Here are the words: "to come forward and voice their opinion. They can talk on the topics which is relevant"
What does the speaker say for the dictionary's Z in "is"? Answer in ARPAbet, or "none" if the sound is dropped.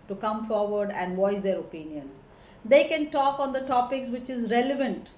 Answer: Z